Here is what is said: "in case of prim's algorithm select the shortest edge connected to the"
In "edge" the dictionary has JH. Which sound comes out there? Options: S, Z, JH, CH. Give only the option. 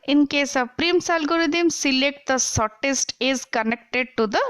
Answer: Z